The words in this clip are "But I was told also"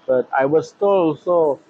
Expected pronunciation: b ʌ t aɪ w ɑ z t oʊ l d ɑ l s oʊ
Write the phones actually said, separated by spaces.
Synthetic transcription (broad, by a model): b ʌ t aɪ w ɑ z t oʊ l ɑ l s oʊ